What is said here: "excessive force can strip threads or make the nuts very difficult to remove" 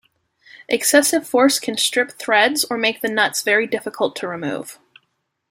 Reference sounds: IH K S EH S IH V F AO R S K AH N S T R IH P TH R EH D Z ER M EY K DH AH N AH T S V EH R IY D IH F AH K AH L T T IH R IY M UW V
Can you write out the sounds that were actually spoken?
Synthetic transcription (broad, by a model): IH K S EH S IH V F AO R S K AH N S T R IH P TH R EH D Z ER M EY K DH AH N AH T S V EH R IY D IH F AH K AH L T T IH R IY M UW V